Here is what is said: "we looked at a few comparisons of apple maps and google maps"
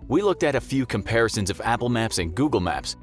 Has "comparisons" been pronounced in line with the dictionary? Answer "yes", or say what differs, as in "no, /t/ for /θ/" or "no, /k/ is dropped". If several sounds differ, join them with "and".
yes